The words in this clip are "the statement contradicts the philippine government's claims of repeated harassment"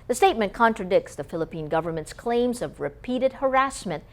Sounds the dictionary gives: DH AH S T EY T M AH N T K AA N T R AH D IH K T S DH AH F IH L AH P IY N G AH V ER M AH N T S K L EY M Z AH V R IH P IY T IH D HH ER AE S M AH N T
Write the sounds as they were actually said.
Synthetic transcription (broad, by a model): DH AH S T EY T M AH N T K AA N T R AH D IH K T S DH AH F IH L AH P IY N G AH V ER M AH N T S K L EY M Z AH V R IH P IY T IH D HH ER AE S M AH N T